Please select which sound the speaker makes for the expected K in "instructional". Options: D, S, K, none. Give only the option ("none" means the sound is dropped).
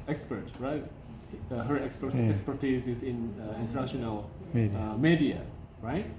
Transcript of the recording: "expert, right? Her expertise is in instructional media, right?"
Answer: none